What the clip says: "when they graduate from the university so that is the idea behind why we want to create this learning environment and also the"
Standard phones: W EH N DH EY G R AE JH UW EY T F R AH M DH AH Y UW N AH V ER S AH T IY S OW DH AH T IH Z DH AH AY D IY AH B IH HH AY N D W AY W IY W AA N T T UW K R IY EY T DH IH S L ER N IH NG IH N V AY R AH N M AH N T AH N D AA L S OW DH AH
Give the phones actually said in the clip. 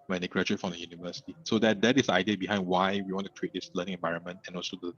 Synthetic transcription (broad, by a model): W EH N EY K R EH CH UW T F R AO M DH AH Y UW N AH V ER S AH T IY S OW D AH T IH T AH AY D IY AH B IH HH AY N D W AY W IY W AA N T T UW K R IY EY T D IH S L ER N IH NG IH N V AY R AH N M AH N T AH N AA L S OW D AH